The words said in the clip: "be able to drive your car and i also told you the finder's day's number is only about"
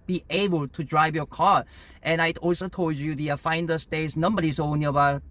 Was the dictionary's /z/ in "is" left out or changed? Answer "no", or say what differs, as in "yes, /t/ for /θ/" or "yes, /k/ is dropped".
yes, /s/ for /z/